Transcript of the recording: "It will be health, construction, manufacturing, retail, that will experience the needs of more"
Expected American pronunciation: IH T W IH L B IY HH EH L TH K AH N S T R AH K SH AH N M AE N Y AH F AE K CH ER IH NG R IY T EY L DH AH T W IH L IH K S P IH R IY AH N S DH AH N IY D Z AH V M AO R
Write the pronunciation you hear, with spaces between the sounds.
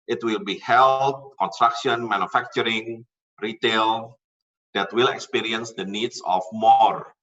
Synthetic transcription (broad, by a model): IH T W IH L B IY HH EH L T K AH N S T R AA K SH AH N M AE N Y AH F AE K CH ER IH NG R IY T EY L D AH T W IH L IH K S P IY R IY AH N S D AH N IY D S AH F M AO R